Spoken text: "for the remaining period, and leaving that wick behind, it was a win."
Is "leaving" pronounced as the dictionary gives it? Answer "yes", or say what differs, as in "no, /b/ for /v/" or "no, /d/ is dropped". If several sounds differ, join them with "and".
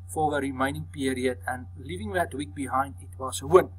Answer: yes